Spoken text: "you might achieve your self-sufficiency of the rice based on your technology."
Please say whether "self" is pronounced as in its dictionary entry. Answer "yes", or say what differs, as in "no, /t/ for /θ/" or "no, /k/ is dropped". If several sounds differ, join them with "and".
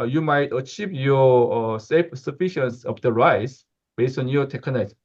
no, /l/ is dropped